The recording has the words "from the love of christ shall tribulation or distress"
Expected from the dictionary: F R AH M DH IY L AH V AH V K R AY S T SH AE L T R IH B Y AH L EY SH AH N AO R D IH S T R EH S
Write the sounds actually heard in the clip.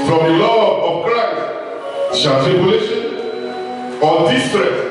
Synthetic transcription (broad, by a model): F R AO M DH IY L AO AH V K R AY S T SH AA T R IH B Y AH L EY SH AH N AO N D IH S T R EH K